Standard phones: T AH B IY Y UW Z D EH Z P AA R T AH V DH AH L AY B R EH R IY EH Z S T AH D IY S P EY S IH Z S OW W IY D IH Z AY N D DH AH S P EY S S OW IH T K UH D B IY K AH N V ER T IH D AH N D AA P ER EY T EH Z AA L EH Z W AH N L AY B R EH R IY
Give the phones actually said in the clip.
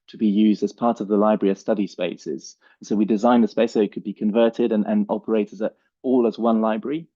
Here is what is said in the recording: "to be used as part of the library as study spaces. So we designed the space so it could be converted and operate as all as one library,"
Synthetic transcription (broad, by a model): T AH B IY Y UW Z D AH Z P AA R T AH V DH AH L AY B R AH R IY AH S T AH D IY S P EY S IH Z S OW W IY D IH Z AY N DH AH S P EY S S OW IH T K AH D B IY K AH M V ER T IH D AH N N AA P ER EY T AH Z AA L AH Z W AH N L AY B R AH R IY